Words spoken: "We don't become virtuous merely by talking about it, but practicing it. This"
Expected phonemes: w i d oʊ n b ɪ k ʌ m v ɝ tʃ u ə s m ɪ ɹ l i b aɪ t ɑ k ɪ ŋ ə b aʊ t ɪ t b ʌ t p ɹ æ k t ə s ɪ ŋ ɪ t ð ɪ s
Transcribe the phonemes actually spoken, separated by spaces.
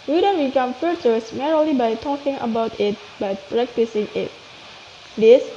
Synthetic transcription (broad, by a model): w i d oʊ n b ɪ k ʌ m f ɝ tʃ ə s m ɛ ɹ l i b aɪ t ɑ k ɪ ŋ ə b aʊ t ɪ t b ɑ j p ɹ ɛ k t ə s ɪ ŋ ɪ t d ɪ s